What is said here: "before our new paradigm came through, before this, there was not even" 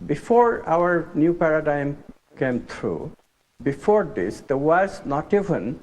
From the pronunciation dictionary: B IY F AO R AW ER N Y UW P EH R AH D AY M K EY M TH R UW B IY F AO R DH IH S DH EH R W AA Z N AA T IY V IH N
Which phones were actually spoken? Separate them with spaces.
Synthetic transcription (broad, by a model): B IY F AO R AW ER N Y UW P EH R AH D AY M K EY M T R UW B IY F AO R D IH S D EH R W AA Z N AA T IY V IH N